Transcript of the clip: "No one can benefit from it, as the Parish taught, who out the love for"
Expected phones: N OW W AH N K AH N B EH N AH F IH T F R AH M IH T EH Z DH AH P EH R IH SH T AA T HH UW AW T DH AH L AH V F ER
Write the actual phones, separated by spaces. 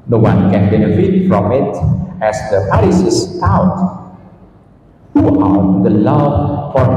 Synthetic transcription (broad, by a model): N OW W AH N K AH N B EH N AH F IH T F R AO M IH T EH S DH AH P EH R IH S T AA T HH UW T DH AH L AH V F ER